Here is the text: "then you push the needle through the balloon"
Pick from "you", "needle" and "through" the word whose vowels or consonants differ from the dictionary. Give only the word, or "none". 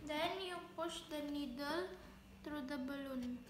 through